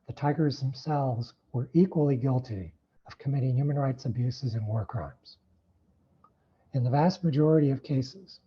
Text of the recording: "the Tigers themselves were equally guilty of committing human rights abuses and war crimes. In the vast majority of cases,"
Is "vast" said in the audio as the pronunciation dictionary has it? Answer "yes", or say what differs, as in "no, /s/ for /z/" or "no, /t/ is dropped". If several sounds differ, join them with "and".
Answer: yes